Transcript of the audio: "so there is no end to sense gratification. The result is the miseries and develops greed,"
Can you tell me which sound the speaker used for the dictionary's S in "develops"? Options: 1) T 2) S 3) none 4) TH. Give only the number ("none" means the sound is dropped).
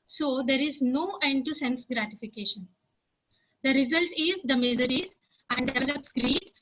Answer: 2